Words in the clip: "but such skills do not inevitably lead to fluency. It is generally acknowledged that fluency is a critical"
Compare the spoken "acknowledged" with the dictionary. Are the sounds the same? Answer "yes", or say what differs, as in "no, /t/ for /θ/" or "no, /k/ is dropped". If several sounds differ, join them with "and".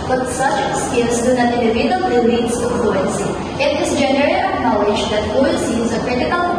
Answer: no, /k/ is dropped